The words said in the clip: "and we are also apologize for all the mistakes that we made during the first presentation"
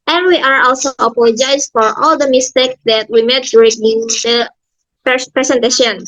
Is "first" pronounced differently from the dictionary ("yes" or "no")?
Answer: yes